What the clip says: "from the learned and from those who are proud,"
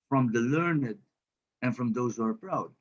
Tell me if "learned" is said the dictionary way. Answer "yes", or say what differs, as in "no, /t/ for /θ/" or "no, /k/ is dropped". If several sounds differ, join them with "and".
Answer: yes